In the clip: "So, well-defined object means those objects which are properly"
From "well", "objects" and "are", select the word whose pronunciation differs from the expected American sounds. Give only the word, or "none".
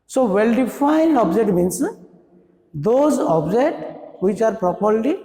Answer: objects